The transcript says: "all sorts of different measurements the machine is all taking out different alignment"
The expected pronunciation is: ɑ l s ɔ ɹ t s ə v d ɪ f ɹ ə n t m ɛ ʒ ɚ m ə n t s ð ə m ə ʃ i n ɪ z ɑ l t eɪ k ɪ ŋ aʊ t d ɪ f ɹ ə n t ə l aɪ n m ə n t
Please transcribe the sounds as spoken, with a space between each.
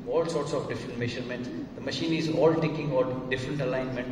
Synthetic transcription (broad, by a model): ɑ l s ɔ ɹ t s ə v d ɪ f ɹ ə n t m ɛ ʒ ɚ m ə n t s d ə m ə ʃ i n ɪ z ɑ l t eɪ k ɪ ŋ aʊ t d ɪ f ɹ ə n t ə l aɪ n m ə n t